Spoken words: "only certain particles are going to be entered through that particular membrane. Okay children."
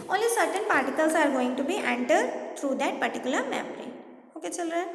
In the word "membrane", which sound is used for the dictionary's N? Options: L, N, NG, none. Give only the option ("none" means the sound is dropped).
none